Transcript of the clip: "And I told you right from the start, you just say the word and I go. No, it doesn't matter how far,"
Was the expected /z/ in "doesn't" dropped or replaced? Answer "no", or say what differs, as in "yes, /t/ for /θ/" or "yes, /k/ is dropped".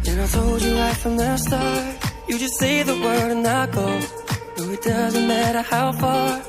no